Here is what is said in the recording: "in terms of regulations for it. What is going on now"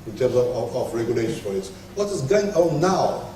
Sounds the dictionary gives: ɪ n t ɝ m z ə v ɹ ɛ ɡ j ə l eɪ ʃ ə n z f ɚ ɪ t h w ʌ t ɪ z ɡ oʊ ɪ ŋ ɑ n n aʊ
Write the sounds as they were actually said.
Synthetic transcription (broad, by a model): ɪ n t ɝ m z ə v ɹ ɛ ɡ j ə l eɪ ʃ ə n f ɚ ɪ t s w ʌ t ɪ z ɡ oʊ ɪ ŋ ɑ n n aʊ